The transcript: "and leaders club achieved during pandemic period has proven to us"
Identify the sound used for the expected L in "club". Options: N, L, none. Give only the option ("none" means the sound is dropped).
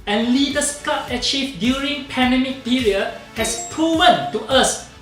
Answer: none